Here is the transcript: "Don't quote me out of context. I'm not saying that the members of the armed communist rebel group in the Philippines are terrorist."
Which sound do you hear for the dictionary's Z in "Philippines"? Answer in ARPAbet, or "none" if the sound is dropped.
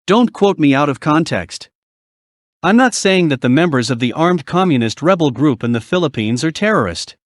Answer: Z